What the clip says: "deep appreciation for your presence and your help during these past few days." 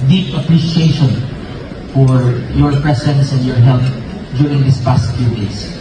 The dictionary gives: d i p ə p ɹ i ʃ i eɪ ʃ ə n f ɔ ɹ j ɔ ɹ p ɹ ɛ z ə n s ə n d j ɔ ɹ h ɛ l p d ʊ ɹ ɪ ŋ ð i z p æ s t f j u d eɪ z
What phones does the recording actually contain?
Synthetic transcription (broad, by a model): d i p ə p ɹ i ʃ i eɪ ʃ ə n f ɔ ɹ j ɔ ɹ p ɹ ɛ s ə n s ə n d j ɔ ɹ h ɛ l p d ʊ ɹ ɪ ŋ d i s p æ s t f j u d eɪ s